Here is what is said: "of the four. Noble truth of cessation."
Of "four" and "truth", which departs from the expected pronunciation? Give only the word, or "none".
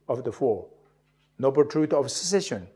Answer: truth